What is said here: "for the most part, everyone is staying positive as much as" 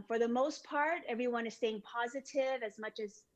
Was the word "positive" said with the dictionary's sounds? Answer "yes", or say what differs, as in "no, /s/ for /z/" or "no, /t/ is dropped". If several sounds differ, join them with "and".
yes